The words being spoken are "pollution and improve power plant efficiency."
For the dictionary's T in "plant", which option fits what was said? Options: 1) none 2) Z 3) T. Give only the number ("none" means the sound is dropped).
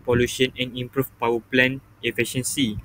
1